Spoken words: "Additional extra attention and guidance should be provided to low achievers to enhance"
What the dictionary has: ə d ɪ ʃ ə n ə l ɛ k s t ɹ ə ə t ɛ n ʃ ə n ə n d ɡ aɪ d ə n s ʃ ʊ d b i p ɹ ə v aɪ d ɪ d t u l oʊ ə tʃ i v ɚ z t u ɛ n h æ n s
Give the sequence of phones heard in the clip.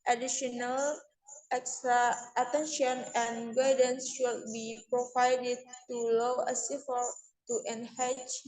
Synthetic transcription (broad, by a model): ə d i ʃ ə n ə l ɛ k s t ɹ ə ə t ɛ n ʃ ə n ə n ɡ aɪ d ə n s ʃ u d b i p ɹ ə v aɪ d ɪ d t u l oʊ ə s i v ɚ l t u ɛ n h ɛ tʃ